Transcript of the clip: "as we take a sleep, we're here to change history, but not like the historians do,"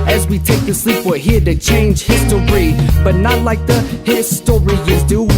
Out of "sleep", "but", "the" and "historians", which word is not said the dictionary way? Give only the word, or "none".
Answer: historians